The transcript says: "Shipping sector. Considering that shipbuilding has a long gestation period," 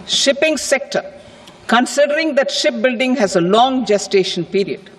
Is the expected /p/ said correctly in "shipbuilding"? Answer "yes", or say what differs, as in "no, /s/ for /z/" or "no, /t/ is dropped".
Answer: yes